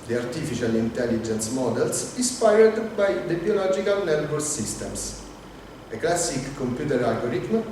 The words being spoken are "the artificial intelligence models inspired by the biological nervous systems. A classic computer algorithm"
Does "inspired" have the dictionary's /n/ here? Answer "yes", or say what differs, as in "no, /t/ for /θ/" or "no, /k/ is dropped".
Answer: no, /n/ is dropped